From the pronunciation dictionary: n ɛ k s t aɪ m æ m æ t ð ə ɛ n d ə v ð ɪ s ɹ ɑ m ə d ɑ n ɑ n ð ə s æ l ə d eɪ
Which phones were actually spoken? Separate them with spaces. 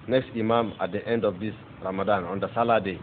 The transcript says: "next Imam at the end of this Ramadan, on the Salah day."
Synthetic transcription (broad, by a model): n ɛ k s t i m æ m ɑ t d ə ɛ n d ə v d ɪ s ɹ ɑ m ə d ɑ n ɑ n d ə s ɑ l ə d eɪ